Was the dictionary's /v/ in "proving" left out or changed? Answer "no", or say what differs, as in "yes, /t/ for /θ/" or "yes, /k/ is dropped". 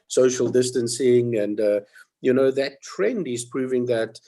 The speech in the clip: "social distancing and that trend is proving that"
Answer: no